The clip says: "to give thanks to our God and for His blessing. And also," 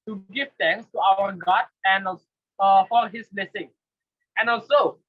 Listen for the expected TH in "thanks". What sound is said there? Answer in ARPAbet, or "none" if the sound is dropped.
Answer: T